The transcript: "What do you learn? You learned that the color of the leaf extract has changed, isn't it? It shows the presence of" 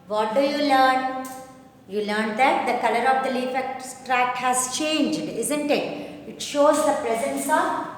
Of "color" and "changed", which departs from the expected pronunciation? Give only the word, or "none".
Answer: none